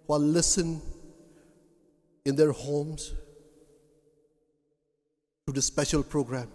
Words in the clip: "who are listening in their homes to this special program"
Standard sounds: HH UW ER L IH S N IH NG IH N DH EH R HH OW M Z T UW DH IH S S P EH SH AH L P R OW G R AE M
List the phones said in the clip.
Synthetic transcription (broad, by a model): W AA L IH S IH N IH N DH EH R HH OW M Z T UW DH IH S S P EH SH AH L P R OW G R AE M